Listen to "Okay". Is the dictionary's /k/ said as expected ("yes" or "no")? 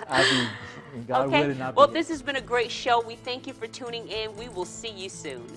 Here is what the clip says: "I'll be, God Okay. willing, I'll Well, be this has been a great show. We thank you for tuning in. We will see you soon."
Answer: no